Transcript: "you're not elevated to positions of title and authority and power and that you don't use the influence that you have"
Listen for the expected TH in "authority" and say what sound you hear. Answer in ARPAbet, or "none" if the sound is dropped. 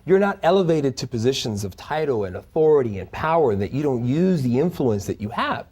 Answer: TH